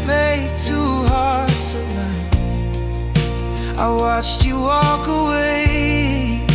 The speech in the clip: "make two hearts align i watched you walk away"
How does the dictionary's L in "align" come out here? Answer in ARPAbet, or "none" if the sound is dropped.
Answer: N